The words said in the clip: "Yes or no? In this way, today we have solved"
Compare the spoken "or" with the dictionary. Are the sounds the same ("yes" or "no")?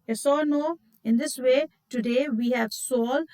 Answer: no